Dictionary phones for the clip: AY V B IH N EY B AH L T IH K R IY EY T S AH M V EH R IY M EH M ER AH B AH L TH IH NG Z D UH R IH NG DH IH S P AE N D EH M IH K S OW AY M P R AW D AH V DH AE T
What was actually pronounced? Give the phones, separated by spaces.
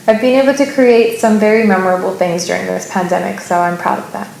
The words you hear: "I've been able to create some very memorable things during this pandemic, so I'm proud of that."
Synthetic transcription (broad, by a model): AY V B IH N EY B L T IH K R IY EY T S AH M V EH R IY M EH M ER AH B L TH IH NG Z D UH R IH NG DH IH S P AE N D EH M IH K S OW AY M P R AW D AH V DH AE T